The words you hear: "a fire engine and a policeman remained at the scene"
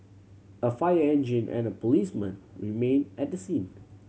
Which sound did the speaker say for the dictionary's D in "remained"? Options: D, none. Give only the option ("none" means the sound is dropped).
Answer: none